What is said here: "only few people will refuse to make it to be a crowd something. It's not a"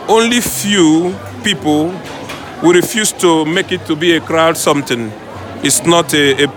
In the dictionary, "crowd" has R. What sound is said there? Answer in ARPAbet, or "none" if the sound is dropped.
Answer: R